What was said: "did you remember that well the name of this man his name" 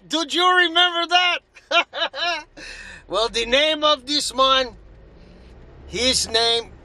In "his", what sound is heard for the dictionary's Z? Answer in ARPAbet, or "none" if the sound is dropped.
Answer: Z